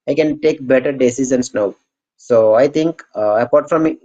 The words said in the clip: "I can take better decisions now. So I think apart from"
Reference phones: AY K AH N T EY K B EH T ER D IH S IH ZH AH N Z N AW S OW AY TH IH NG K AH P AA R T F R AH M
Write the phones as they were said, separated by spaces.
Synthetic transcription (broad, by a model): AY K AH N T EY K B EH T ER D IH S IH Z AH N S N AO S OW AY T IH NG K AH P AA R T F R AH M